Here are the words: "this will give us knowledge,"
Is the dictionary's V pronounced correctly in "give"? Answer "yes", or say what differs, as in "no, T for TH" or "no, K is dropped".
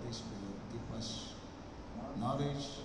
no, P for V